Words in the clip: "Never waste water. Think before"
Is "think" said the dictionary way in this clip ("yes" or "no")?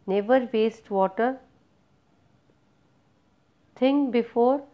no